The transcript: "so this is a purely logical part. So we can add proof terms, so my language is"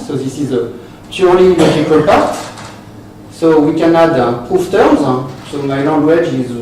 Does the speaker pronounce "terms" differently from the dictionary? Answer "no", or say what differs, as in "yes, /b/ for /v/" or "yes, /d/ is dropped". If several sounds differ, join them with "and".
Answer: yes, /m/ is dropped